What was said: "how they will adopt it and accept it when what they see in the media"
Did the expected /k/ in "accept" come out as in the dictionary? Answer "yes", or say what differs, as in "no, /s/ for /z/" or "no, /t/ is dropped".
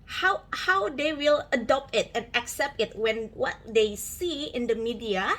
yes